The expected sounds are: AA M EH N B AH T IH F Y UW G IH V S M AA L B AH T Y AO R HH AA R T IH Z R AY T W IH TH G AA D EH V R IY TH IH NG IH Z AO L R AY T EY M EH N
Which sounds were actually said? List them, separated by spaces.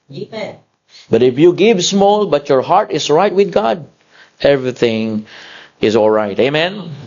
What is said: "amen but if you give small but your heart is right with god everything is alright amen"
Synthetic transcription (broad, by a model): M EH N B AH T IH F Y UW G IH V S M AA L B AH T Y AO R HH AA R T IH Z R AY T W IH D G AA D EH V R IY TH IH NG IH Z AO L R AY T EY M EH N